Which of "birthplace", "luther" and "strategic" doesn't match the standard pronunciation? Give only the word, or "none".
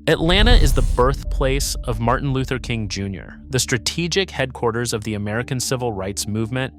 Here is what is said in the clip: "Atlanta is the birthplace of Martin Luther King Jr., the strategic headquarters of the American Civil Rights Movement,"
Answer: none